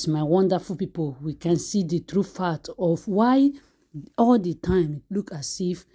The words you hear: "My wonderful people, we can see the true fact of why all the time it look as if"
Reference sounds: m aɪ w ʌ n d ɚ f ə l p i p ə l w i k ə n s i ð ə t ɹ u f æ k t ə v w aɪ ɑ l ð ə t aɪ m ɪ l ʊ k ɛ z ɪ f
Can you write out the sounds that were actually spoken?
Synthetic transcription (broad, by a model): m aɪ w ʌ n d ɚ f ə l p i p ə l w i k ə n s i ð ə t ɹ u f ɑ t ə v w aɪ ɑ l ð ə t aɪ m l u k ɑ s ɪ f